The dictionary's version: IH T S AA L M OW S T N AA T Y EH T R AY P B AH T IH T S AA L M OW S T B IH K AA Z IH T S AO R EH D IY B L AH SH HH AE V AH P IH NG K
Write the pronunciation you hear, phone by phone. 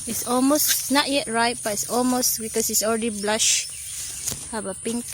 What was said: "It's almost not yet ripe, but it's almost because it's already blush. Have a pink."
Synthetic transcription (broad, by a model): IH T S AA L M OW S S N AA T Y EH T R AY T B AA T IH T S AA L M OW S T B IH K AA S IH T S AO R EH D IY B L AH SH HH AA B AH P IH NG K